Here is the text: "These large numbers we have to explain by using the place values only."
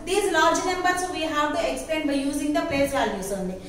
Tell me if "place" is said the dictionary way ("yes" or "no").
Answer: no